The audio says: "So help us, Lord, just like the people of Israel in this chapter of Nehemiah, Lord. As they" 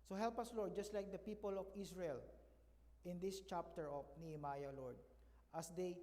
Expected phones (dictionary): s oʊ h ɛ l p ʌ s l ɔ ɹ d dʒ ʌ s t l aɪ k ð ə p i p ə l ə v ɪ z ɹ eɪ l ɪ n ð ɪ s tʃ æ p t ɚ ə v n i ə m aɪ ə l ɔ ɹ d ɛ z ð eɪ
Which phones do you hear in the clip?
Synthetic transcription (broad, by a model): s oʊ h ɛ l p ʌ s l ɔ ɹ d dʒ ʌ s t l aɪ k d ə p i p ə l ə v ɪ s ɹ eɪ l ɪ n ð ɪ s tʃ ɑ p t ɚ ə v n i ə m aɪ ə l ɔ ɹ d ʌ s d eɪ